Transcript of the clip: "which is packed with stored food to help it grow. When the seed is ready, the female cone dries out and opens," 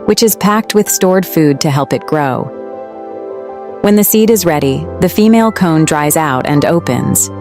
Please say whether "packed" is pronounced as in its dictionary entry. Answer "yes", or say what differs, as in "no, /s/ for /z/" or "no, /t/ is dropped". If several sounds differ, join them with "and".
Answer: yes